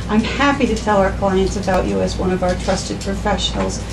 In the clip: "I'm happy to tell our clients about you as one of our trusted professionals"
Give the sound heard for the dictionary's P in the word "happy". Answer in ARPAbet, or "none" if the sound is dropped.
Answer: P